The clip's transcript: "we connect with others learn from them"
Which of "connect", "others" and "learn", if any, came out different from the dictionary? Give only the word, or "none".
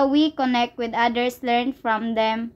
others